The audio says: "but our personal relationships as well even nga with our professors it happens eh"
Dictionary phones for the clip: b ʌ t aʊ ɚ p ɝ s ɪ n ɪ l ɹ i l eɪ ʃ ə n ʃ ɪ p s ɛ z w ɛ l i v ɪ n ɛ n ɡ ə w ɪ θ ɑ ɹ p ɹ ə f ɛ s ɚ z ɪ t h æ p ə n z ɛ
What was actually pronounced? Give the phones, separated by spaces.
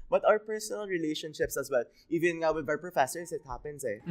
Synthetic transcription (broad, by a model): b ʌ t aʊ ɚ p ɝ s ɪ n ɪ l ɹ i l eɪ ʃ ə n ʃ ɪ p s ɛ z w ɛ l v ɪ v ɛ n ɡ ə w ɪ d ɑ ɹ p ɹ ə f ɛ s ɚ s ɪ t h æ p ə n s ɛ